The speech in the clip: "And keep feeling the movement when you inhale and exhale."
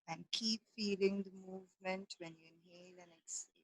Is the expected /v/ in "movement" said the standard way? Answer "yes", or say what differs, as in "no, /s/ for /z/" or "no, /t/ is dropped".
yes